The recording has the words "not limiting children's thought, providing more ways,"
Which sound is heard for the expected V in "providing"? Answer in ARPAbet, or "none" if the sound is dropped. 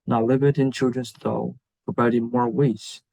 B